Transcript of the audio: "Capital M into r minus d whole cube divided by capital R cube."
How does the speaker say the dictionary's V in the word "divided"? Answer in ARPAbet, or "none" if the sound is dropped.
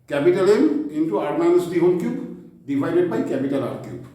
P